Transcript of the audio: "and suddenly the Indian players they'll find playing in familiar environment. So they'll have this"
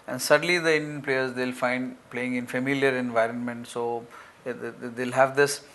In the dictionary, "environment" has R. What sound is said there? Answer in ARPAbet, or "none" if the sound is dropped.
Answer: R